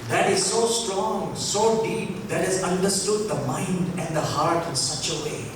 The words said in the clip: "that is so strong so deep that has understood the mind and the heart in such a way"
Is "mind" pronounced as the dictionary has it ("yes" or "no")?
yes